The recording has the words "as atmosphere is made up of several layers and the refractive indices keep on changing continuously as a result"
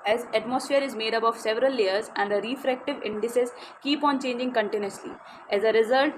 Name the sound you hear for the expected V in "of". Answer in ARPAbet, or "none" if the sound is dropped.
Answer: V